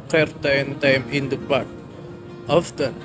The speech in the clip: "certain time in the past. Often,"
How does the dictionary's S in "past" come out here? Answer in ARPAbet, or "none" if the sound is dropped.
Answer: none